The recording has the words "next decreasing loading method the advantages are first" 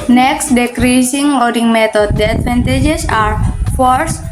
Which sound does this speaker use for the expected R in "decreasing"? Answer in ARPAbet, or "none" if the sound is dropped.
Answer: R